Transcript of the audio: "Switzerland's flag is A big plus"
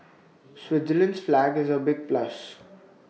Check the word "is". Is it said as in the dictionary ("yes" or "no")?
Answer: yes